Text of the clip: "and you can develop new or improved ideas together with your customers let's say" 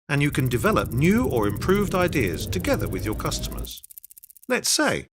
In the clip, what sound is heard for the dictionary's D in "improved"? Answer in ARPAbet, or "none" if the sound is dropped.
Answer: D